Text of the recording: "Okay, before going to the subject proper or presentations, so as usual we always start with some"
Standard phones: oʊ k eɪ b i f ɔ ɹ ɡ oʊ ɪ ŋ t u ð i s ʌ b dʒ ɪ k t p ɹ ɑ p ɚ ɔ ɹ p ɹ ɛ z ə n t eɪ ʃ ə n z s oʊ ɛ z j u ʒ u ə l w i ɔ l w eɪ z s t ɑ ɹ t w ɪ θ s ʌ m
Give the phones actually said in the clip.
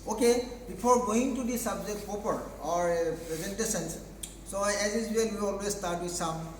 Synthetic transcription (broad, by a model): oʊ k eɪ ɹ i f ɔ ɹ ɡ oʊ ɪ ŋ t u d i s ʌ b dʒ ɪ k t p ɑ p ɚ ɔ ɹ p ɹ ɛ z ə n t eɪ s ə n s s oʊ ɛ z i z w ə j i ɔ l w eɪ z s t ɑ ɹ t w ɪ s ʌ m